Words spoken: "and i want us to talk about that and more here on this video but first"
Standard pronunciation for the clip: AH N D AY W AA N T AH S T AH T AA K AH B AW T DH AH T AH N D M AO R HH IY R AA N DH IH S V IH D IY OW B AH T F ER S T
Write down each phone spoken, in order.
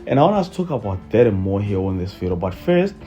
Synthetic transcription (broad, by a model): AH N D AY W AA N AH S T T AA K AH B AW T DH AH T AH N M AO R HH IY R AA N DH IH S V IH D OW B AH T F ER S T